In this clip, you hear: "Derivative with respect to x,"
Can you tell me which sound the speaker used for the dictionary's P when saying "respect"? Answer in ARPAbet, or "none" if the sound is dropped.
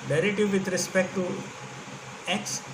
P